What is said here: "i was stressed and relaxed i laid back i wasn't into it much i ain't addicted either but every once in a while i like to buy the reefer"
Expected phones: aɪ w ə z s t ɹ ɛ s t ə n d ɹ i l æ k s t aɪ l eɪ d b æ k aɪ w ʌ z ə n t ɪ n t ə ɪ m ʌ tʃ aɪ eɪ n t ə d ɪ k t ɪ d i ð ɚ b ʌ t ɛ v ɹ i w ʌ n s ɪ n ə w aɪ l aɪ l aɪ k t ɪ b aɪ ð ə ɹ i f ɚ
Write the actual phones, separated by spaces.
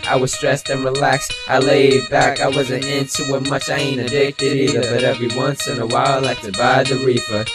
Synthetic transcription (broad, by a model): aɪ w ə z s t ɹ ɛ s t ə n ɹ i l æ k s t aɪ l eɪ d b æ k aɪ w ʌ z ə n t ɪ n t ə ɪ m ʌ tʃ aɪ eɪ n ə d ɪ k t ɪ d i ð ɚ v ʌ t ɛ v ɹ i w ʌ n s ɪ n ə w aɪ l l aɪ k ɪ b aɪ ð ə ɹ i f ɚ